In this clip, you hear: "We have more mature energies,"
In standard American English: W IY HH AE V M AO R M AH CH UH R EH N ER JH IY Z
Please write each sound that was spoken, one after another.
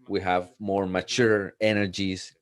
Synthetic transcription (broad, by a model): W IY HH AE V M AO R M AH CH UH R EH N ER JH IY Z